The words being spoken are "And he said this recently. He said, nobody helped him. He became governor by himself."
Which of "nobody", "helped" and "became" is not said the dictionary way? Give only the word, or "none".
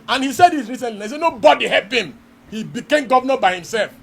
helped